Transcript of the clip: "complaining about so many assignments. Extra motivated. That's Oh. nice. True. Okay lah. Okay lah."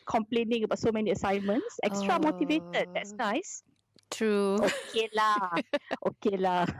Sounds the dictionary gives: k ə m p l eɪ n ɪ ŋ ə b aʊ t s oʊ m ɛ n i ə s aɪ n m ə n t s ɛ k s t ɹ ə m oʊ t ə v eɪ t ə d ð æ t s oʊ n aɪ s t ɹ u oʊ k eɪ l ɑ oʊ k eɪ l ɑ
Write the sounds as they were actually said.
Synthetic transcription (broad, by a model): k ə m p l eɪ n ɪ ŋ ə b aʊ t s oʊ m ɛ n i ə s aɪ n m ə n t s ɛ k s t ɹ ə m oʊ t ə v eɪ t ə d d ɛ t s n aɪ s t ɹ u oʊ k eɪ l ɑ oʊ k eɪ l ɑ